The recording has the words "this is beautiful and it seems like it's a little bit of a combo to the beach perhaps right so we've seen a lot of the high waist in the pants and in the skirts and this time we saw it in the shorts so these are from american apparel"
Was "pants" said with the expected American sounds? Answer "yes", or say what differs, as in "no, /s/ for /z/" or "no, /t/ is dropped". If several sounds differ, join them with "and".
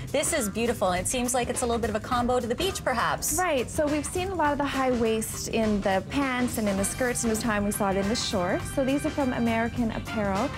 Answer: yes